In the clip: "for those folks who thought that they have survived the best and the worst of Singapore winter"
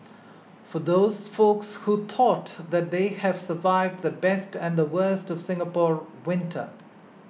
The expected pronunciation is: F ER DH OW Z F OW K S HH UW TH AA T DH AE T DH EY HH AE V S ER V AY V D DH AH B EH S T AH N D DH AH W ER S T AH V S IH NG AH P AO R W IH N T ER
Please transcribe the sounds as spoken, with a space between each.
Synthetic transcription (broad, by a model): F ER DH OW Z F OW K S HH UW T AA T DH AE T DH EY HH AE V S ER V AY V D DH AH B EH S T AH N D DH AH W ER S T AH V S IH NG AH P AO R W IH N T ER